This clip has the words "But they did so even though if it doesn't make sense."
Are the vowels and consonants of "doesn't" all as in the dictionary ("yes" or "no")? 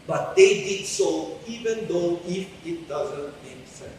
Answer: yes